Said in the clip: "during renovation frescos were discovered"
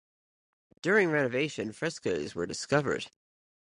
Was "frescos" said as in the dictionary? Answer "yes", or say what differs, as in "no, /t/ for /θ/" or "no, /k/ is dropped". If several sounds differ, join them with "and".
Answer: yes